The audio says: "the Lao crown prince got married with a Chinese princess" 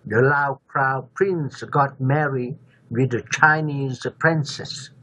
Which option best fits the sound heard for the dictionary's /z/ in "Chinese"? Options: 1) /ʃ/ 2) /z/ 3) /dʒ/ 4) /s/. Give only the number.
2